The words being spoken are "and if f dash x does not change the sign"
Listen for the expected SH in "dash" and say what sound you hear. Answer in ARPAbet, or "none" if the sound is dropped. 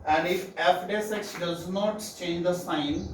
S